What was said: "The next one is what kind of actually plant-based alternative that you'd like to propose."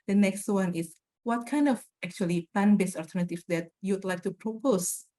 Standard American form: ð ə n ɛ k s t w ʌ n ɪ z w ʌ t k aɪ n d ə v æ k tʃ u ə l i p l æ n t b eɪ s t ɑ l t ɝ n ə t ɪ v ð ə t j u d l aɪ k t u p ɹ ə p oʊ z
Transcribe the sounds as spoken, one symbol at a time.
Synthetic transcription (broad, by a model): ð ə n ɛ k s t w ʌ n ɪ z w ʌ t k aɪ n d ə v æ k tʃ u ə l i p æ n b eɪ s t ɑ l t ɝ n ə t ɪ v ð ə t j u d l aɪ k t u p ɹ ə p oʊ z